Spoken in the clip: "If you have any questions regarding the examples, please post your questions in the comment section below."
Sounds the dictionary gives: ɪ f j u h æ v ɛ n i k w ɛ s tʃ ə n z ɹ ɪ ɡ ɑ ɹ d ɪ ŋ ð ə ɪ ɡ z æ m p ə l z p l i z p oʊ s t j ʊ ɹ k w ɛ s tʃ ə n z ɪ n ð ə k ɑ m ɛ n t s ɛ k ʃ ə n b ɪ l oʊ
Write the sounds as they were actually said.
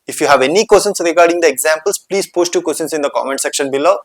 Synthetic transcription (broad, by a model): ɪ f j u h æ v ɛ n i k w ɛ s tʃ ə n s ɹ ɪ ɡ ɑ ɹ d ɪ ŋ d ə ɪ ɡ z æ m p ə l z p l i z p oʊ s t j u k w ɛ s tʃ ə n s ɪ n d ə k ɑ m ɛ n t s ɛ k ʃ ə n b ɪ l oʊ